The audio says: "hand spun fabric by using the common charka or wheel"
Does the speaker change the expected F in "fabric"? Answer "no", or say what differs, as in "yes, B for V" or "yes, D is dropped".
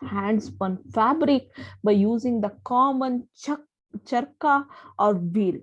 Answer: no